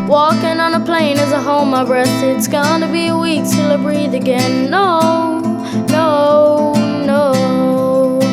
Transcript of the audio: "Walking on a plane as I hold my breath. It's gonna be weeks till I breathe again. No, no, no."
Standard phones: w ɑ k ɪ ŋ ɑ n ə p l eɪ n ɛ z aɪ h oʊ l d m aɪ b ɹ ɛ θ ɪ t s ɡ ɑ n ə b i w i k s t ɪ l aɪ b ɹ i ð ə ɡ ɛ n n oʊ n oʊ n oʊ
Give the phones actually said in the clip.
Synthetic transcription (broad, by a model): w ɑ k ɪ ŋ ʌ n ə p l eɪ n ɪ z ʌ h oʊ m aɪ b ɹ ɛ t ɪ t s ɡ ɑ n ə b i w i k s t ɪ l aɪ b ɹ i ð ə ɡ ɛ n n oʊ n oʊ n oʊ